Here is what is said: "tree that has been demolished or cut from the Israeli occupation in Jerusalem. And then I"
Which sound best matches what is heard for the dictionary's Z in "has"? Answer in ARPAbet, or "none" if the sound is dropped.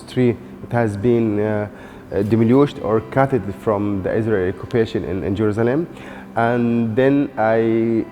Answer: Z